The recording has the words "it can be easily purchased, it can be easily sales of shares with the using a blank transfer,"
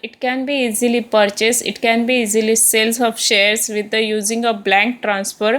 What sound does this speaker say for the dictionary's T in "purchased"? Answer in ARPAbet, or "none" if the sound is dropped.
none